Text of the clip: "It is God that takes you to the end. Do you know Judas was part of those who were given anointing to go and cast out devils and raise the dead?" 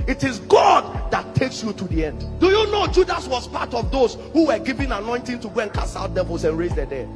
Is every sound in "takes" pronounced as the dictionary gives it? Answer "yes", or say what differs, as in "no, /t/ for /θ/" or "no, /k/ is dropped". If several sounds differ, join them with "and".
yes